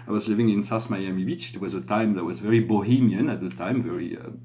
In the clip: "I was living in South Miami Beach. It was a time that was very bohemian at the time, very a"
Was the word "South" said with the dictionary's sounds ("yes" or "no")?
no